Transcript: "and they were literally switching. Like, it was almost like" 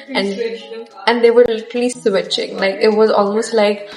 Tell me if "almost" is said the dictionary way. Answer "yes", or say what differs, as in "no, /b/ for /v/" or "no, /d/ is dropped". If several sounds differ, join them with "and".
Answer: yes